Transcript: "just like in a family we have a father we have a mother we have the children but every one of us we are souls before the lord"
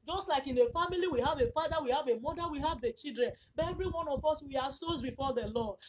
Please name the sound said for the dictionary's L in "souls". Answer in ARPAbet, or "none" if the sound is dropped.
none